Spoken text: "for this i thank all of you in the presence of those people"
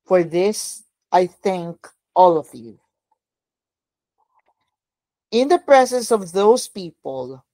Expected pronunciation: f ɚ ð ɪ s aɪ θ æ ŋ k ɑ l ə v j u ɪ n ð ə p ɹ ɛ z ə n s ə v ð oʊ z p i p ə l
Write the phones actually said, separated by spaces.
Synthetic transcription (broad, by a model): f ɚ ð ɪ s aɪ θ æ ŋ k ɑ l ə v j u ɪ n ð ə p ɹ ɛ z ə n s ə v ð oʊ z p i p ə l